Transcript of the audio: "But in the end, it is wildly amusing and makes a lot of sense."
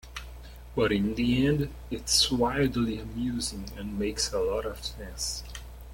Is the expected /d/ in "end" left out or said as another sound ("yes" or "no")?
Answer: no